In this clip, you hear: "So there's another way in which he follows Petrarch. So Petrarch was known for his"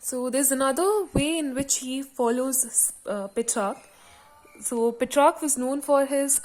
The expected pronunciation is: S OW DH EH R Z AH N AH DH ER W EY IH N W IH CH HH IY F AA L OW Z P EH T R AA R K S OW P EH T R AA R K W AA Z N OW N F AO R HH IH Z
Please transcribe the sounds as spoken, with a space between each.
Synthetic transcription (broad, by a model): S OW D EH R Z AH N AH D ER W EY IH N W IH CH HH IY F AA L OW Z P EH T R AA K S OW P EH T R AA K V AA Z N OW N F AO R HH IH Z